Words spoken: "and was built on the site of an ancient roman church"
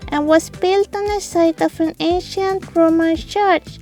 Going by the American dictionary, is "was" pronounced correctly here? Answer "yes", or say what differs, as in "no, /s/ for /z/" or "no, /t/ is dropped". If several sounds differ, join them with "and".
no, /s/ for /z/